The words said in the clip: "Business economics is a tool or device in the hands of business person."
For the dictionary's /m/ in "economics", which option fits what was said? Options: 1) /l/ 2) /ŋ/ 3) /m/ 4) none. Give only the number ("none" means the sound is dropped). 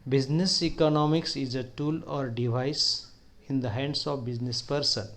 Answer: 3